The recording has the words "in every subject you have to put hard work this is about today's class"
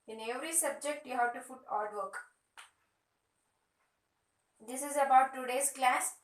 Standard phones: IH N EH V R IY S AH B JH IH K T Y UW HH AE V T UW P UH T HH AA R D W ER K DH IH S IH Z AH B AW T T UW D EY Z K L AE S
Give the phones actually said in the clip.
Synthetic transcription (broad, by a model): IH N EH V R IY S AH B JH IH K T Y UW HH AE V T UW F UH T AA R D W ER K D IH S IH Z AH B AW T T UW D EY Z K L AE S